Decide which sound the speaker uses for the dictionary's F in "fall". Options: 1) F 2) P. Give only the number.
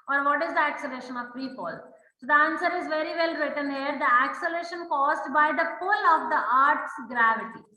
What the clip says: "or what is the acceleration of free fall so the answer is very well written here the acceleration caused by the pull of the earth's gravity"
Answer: 2